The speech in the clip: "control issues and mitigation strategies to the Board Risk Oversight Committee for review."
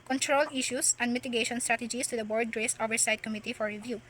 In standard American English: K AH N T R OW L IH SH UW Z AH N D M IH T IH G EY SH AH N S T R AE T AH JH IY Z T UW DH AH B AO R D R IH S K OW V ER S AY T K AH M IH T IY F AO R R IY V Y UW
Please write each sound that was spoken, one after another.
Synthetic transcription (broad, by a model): K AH N T R OW L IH SH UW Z AH N D M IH T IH G EY SH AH N S T R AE T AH JH IY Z T UW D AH B AO R D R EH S OW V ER S AY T K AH M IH T IY F AO R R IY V Y UW